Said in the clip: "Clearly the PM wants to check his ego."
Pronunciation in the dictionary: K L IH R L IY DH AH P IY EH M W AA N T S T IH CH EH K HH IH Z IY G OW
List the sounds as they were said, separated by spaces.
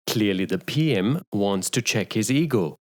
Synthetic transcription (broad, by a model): K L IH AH L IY DH AH P IY EH M W AA N T S T IH CH EH K HH IH Z IY G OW